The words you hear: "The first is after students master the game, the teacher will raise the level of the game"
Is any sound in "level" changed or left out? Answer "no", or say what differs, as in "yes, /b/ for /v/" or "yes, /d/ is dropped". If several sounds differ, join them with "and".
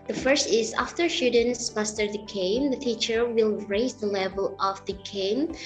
no